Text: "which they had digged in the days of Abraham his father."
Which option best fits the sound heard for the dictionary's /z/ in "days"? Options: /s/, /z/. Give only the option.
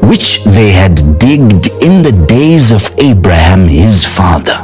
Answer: /z/